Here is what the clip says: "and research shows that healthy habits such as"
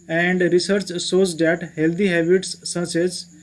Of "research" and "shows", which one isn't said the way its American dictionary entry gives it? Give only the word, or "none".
shows